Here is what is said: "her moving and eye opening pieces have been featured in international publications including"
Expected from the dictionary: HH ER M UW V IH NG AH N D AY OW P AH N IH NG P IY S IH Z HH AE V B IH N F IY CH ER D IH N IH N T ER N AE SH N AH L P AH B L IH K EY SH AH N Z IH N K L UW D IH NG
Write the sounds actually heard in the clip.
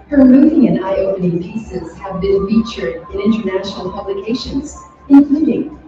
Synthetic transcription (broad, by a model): HH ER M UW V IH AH N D AY OW P AH N IH NG P IY S IH Z HH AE V B IH N F IY CH ER D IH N IH N T ER N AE SH N L P AH B L IH K EY SH AH N Z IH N K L UW D IH NG